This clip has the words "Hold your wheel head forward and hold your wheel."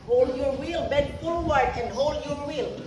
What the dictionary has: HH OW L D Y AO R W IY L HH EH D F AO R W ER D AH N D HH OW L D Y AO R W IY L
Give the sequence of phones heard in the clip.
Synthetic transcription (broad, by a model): HH OW L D Y AO R W IY L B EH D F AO L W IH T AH N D HH OW L D Y AO R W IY L